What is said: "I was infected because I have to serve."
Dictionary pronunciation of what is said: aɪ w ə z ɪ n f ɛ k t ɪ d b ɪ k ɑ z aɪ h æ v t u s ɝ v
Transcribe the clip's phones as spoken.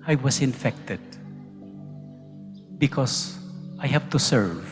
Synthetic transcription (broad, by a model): aɪ w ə s ɪ n f ɛ k t ɪ d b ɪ k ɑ s aɪ h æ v t u s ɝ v